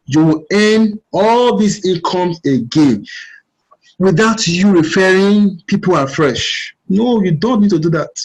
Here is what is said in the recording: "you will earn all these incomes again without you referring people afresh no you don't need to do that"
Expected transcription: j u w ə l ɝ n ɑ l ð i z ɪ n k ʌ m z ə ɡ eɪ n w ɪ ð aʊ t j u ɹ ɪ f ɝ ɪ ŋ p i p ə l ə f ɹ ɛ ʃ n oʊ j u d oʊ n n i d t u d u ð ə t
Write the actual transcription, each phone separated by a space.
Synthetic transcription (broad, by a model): j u w ə l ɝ n ɑ l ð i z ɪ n k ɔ m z ə ɡ eɪ n w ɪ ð aʊ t j u ɹ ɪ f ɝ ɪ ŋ p i p ə l ə f ɹ ɛ ʃ n oʊ j u d oʊ n n i d t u d u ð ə t